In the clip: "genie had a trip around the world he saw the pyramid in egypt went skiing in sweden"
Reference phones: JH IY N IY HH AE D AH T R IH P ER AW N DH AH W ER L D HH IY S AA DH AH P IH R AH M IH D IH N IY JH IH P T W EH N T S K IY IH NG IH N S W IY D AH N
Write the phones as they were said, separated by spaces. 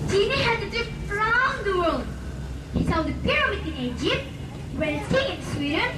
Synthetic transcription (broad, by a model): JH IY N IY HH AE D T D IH F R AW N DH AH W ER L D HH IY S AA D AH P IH R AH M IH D IH N IY JH IH P T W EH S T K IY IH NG IH N S W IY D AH N